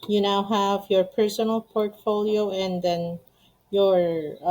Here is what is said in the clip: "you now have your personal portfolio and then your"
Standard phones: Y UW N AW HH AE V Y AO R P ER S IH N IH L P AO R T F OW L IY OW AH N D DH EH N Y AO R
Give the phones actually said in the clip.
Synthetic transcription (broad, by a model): Y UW N AW HH AE V Y AO R P ER S IH N IH L P AO R T F OW L IY OW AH N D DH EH N Y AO R